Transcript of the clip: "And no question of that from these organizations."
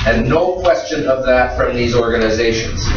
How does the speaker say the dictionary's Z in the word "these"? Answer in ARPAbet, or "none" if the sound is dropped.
Z